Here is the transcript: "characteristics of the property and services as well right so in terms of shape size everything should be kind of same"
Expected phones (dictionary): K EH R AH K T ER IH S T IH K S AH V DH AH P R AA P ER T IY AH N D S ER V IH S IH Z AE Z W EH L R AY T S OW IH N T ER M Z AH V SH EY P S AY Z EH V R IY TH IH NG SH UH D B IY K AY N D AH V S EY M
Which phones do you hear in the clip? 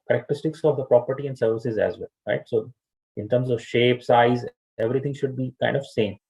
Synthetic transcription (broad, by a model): K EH R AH K T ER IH S T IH K S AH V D AH P R AA P ER T IY AH N D S ER V IH S IH Z AE Z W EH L R AY T S OW IH N T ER M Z AH V SH EY P S AY Z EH V R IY T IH NG SH UH D B IY K AY N D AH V S EY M